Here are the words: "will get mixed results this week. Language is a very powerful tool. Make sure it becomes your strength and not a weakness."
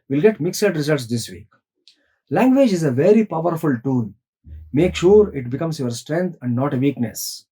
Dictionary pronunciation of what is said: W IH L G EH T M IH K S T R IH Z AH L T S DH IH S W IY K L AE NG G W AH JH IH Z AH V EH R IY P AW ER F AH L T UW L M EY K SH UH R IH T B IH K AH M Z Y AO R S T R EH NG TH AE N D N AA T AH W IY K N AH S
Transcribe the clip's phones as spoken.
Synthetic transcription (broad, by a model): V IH L G EH T M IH K S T R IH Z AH L T S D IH S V IY K L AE NG G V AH JH IH Z AH V EH R IY P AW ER F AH L T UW N M EY K SH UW R IH T B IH K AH M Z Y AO R S T R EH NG T AE N D N AA T AH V IY K N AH S